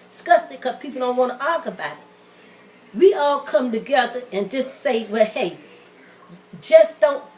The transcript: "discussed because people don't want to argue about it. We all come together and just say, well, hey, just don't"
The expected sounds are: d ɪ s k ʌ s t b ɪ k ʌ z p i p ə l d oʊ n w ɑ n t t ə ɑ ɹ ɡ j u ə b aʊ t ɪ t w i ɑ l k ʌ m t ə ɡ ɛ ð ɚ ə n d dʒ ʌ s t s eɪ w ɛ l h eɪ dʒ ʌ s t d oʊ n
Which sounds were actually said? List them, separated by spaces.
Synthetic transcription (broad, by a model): s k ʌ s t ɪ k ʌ p i p l d oʊ n w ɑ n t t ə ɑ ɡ ə b aʊ t ɪ t w i ɑ l k ʌ m t ə ɡ ɛ ð ɚ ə n dʒ ʌ s t s eɪ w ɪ h eɪ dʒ ʌ s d oʊ n